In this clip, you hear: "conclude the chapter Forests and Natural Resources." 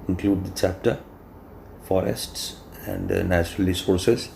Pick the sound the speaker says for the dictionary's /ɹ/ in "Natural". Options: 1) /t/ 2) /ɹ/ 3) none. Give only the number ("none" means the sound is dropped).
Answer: 2